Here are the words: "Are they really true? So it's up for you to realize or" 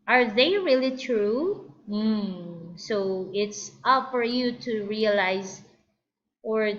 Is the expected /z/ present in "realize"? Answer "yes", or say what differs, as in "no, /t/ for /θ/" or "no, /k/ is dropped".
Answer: yes